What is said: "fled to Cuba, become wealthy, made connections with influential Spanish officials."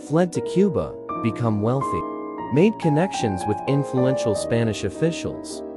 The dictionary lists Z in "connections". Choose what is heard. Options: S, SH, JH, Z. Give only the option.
Z